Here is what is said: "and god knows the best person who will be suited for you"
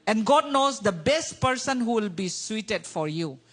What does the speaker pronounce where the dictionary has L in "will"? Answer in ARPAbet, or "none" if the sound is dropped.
L